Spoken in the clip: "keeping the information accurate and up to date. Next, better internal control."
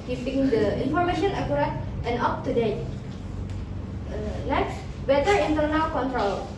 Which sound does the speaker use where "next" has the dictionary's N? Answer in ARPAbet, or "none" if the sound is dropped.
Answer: L